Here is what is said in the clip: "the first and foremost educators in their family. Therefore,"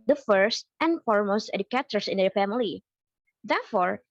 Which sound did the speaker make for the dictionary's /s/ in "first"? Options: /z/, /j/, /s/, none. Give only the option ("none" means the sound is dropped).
/s/